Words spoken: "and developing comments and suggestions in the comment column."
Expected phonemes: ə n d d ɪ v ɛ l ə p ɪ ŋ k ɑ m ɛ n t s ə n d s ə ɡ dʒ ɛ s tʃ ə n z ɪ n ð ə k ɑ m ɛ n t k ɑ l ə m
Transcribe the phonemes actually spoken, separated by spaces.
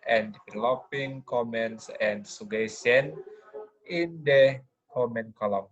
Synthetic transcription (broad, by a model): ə n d d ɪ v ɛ l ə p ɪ ŋ k ɑ m ɛ n t s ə n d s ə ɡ ɛ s ə n ɪ n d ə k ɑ m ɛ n k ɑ l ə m